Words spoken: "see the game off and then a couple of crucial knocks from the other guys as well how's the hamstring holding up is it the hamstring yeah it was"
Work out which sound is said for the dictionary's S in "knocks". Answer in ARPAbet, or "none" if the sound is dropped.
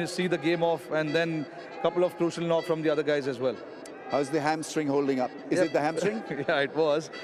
none